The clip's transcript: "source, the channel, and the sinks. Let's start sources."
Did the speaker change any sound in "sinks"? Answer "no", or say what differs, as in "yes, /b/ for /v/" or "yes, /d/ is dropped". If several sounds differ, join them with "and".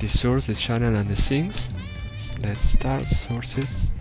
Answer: yes, /k/ is dropped